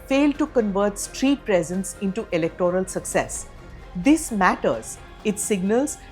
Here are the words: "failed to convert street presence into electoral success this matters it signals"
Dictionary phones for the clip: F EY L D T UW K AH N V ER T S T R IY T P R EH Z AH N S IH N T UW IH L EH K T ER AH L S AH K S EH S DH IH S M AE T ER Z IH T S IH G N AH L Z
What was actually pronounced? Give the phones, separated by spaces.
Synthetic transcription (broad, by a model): F EY L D T UW K AH N V ER T S T R IY T P R EH Z AH N S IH N T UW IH L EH K T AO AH L S AH K S EH S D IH S M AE T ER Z IH T S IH G N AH L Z